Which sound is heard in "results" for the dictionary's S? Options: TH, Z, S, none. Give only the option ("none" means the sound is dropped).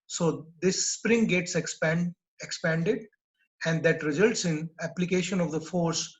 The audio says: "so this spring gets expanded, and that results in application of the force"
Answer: S